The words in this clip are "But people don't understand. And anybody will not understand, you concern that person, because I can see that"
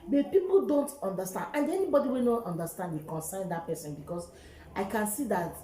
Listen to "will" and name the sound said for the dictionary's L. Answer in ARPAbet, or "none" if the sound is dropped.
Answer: N